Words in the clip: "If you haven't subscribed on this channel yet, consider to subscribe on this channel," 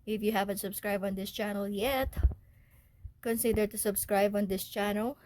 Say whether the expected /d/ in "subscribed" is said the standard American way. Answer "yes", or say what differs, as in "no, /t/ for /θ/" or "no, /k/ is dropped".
no, /d/ is dropped